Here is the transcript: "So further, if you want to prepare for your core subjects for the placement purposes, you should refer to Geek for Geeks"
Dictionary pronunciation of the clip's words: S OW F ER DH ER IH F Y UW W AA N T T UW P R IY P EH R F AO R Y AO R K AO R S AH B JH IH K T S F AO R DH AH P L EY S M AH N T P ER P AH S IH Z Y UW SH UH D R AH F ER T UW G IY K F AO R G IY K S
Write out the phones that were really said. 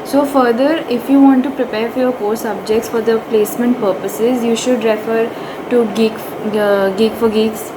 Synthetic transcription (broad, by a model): S OW F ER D ER IH F Y UW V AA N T T UW P R IY P EH R F AO R Y AO R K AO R S AH B JH IH K T S F AO R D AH P L EY S M AH N T P ER P AH S IH Z Y UW SH UH D R AH F ER T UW G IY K F AO R G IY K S